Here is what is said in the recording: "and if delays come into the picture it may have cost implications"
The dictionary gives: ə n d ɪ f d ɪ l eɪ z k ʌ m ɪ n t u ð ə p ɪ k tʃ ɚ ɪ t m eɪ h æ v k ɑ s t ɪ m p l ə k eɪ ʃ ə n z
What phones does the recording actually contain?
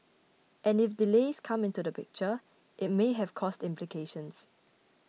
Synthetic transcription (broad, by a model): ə n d ɪ f d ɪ l eɪ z k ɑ m ɪ n t u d ə p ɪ k tʃ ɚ ɪ t m eɪ h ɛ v k ɑ s t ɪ m p l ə k eɪ ʃ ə n s